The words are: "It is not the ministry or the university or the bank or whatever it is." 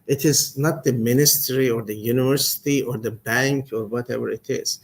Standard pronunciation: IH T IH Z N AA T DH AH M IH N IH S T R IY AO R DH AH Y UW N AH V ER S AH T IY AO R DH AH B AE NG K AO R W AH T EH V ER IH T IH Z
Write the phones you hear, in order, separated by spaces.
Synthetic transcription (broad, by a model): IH T IH Z N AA T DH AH M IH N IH S T R IY AO R DH AH Y UW N AH V ER S AH T IY AO R DH AH B AE NG K AO R W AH T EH V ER IH T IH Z